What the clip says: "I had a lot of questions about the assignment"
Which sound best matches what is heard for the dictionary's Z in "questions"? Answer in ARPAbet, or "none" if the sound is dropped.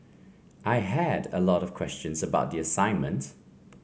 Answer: Z